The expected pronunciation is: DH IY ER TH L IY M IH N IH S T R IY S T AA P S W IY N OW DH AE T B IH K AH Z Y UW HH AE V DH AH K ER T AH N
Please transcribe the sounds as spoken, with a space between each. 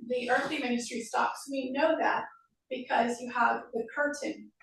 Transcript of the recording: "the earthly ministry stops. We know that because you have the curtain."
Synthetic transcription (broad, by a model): DH IY ER TH L IY M IH N IH S T R IY S T AA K S W IY N OW DH AE T B IH K AH Z Y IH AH V DH AH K ER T N